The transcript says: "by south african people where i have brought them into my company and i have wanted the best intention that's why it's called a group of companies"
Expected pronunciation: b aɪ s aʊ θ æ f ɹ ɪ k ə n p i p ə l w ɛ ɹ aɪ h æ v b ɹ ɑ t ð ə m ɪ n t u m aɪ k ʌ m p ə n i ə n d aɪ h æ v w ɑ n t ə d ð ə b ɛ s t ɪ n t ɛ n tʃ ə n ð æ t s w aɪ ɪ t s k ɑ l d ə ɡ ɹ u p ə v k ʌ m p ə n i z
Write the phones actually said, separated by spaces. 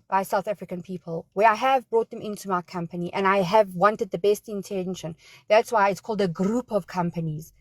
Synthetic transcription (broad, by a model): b aɪ s aʊ θ æ f ɹ ɪ k ə n p i p ə l w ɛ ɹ aɪ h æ v b ɹ ɑ t ð ə m ɪ n t u m aɪ k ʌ m p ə n i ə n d aɪ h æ v w ɑ n t ə d ð ə b ɛ s t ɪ n t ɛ n ʃ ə n ð æ t s w aɪ ɪ t s k ɑ l d ə ɡ ɹ u p ə v k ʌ m p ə n i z